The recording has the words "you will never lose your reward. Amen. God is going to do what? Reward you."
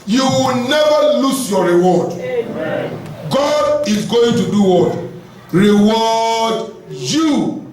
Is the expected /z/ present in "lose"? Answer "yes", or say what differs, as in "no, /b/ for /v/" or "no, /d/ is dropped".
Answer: no, /s/ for /z/